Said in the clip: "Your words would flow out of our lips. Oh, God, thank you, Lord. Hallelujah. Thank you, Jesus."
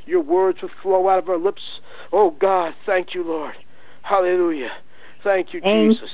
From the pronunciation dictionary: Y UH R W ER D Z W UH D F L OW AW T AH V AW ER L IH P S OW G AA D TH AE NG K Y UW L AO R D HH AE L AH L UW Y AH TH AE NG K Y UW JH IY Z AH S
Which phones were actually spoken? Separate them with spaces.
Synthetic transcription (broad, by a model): Y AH R W ER D Z W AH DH F L OW AW T AH V AW ER L IH P S OW G AA D TH AE NG K Y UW L AO R D HH AE L AH L UW Y AH TH AE NG K Y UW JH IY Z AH S